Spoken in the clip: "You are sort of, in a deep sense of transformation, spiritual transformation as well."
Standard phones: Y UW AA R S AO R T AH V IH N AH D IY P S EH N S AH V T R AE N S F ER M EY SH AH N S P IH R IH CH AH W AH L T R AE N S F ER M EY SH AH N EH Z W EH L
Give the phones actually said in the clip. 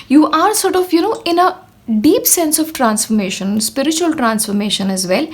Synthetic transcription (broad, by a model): Y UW AA R S AO R T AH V IH N AH D IY P S EH N S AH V T R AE N S F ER M EY SH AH N S P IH R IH CH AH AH L T R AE N S F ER M EY SH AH N EH Z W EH L